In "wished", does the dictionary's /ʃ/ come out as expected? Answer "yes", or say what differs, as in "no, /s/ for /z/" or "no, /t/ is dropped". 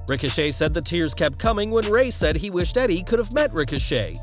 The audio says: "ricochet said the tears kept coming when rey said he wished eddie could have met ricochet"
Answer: yes